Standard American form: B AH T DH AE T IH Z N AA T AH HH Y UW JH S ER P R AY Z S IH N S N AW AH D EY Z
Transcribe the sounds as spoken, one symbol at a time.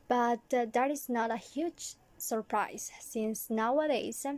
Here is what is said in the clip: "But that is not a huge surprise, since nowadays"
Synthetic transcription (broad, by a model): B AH T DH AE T IH Z N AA T AH HH Y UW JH S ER P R AY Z S IH N S N AW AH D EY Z